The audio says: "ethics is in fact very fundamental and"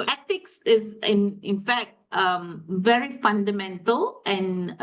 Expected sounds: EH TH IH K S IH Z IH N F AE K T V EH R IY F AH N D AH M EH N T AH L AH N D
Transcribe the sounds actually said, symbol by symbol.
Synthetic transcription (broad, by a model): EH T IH K S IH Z IH N F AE K T V EH R IY F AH N D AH M EH N T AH L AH N